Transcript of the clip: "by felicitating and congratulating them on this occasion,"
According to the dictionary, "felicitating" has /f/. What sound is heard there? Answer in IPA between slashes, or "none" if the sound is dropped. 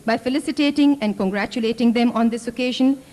/f/